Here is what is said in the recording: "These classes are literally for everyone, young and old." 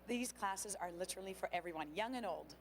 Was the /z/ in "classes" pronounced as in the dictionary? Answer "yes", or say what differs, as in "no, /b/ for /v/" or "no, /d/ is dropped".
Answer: yes